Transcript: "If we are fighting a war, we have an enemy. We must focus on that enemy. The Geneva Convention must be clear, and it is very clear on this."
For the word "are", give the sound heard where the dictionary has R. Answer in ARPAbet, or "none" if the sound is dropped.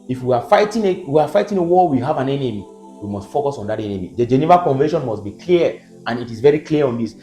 W